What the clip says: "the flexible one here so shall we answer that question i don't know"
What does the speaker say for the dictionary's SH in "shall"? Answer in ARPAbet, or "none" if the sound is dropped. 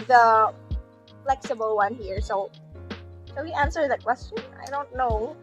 S